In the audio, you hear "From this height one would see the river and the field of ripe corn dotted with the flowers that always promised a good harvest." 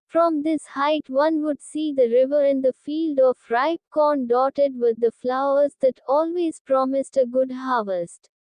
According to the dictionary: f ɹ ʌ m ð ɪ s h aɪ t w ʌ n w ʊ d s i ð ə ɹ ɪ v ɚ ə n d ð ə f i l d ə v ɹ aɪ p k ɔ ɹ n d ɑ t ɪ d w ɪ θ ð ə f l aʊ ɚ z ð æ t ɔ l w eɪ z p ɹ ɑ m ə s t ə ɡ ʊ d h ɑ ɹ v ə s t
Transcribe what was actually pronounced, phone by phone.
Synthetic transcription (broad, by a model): f ɹ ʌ m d ɪ s h aɪ t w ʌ n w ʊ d s i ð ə ɹ ɪ v ɚ ə n d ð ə f i l d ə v ɹ aɪ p k ɔ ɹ n d ɑ t ɪ d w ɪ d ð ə f l aʊ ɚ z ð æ t ɔ l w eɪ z p ɹ ɑ m ə s t ə ɡ ʊ d h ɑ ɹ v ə s t